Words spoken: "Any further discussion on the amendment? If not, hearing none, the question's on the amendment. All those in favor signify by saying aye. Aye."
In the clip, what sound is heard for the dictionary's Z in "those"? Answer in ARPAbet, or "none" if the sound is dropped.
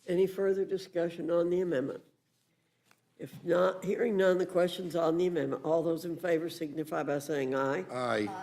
Z